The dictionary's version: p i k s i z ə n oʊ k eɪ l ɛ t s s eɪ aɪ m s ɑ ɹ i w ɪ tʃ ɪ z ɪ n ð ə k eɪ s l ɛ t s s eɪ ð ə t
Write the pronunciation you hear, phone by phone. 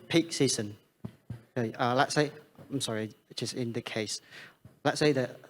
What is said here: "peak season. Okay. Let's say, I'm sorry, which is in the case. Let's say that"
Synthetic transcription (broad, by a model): p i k s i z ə n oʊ ʌ l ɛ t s s eɪ aɪ m s ɑ ɹ i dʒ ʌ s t ɪ n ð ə k eɪ s l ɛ t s s eɪ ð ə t